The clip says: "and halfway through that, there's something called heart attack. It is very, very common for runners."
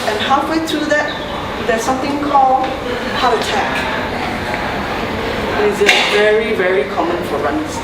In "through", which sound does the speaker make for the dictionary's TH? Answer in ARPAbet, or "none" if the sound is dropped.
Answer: T